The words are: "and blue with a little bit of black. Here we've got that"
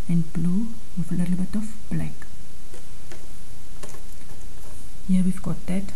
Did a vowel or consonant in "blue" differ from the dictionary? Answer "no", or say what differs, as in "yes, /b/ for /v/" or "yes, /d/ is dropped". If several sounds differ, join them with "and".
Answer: no